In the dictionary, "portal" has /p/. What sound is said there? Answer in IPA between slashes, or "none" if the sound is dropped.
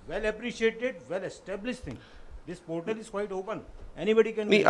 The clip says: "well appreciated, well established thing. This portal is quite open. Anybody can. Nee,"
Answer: /p/